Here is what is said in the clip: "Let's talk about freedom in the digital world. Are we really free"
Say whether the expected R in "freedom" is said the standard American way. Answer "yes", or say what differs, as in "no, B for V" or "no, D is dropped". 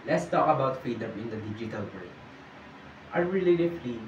no, R is dropped